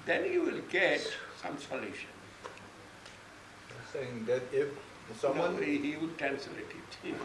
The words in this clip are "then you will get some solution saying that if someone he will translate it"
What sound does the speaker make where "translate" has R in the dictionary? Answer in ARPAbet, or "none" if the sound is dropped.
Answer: none